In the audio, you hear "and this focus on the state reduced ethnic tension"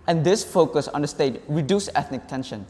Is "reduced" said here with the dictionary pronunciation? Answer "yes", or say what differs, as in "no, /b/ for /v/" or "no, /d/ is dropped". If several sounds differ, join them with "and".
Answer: no, /t/ is dropped